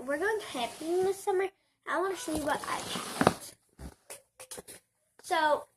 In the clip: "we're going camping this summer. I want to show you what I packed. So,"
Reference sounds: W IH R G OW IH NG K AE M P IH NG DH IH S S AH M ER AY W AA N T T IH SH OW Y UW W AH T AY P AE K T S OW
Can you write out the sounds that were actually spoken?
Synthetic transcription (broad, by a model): W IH R G OW IH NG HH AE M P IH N DH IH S S AH M ER AY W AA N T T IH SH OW Y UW W AH T AY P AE T S OW